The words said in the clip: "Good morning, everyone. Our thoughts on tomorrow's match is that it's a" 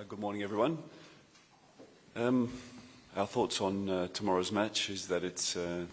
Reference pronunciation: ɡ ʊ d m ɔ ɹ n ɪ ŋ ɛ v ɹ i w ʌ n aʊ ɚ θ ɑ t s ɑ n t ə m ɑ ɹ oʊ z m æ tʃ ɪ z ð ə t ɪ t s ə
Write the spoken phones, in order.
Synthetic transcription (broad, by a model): ɡ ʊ d m ɔ ɹ n ɪ ŋ ɛ v ɹ i w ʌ n aʊ ɚ θ ɑ t s n t ə m ɑ ɹ oʊ z m æ tʃ ɪ z ð ə t ɪ t s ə